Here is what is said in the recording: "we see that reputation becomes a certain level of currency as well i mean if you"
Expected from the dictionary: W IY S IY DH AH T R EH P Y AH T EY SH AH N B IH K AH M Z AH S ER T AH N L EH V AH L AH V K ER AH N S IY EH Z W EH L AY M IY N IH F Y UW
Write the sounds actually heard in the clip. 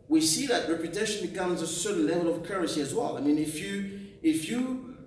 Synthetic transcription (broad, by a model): W IY S IY DH AH T R EH P Y AH T EY SH AH N B IH K AH M Z AH S ER T N L EH V AH L AH V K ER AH S IY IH Z W EH L AY M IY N IH F Y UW